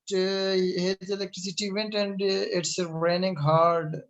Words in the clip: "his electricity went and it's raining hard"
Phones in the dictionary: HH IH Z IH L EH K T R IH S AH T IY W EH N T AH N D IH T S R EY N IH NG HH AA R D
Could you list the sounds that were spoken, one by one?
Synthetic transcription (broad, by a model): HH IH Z IH L EH K T R IH S AH T IY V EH N T AH N D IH T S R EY N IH NG HH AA R D